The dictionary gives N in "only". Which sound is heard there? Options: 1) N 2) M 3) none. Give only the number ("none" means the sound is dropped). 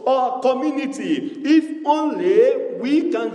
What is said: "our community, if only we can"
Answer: 1